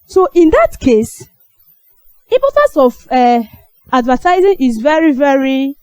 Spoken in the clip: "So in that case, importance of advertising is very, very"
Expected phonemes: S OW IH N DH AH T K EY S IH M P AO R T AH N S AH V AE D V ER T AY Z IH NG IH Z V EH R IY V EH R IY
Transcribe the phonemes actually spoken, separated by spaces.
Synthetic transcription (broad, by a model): S OW IH N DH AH T K EY S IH P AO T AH S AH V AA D V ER T AY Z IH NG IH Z V EH R IY V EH R IY